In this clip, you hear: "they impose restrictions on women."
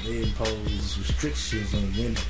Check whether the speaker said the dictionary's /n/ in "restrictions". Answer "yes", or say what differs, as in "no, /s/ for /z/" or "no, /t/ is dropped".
no, /n/ is dropped